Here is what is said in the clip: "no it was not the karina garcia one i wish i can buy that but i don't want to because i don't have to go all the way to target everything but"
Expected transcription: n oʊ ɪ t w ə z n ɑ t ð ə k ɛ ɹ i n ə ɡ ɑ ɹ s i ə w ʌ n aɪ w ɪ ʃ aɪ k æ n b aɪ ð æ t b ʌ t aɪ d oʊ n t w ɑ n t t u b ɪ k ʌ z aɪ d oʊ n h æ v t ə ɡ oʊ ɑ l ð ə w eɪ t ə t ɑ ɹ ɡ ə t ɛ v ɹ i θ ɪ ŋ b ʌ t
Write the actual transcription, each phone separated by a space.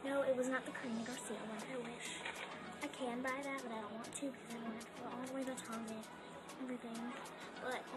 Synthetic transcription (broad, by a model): n oʊ ɪ t w ə z n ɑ t ð ə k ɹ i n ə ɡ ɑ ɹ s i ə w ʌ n aɪ w ɪ ʃ aɪ k æ n b aɪ ð æ t b ʌ t aɪ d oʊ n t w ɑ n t t u b ɪ k ʌ z aɪ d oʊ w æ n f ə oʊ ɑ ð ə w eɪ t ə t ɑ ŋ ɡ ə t ɛ v ɹ i θ ɪ ŋ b ʌ t